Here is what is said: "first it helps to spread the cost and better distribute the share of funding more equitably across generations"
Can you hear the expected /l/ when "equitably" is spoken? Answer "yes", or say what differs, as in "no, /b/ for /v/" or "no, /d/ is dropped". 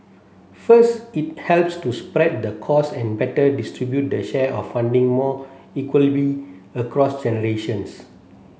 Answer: no, /l/ is dropped